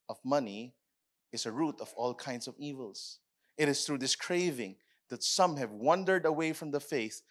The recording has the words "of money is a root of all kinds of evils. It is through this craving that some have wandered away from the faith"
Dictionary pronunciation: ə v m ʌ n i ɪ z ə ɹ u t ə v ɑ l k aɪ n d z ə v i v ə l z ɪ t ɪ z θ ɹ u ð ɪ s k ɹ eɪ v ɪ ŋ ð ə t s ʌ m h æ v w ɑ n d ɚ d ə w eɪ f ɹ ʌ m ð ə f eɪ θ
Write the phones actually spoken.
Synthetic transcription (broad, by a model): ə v m ʌ n i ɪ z ə ɹ u t ə v ɑ l k aɪ n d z ə v i v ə l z ɪ t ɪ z θ ɹ u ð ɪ s k ɹ eɪ v ɪ ŋ ð ə t s ʌ m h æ v w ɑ n d ɚ d ə w eɪ f ɹ ʌ m ð ə f eɪ θ